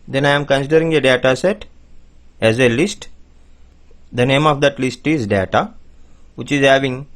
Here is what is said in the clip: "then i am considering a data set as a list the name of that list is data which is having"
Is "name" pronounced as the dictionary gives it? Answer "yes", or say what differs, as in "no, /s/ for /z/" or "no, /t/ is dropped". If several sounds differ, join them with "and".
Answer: yes